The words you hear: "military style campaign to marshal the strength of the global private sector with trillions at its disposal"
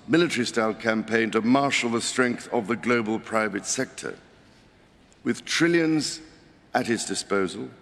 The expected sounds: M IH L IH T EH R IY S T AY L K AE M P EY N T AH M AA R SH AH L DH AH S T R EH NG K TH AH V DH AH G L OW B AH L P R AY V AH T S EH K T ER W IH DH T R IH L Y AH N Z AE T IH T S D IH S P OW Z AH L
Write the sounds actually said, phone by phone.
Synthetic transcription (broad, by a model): M IH L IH T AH R IY S T AY L K AE M P EY N T AH M AA R SH L DH AH S T R EH NG K TH AH V DH AH G L OW B AH L P R AY V AH T S EH K T ER W IH DH T R IH L Y AH N Z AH T IH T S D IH S P OW Z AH L